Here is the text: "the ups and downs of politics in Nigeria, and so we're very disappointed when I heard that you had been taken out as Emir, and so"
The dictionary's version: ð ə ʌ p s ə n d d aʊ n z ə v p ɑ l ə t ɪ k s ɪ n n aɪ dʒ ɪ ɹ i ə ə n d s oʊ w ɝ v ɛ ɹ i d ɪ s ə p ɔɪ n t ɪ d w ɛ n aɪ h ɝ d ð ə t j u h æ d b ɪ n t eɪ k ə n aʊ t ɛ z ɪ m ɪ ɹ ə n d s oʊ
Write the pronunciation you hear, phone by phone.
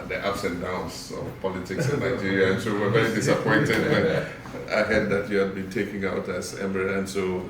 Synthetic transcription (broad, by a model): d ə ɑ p s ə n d d aʊ n s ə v p ɑ l ə t ɪ k s ɪ n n aɪ dʒ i ɹ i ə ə n s oʊ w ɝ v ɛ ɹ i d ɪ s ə p ɔɪ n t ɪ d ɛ aɪ h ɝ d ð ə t j u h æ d b ɪ n t eɪ k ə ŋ aʊ t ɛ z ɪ m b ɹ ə n s oʊ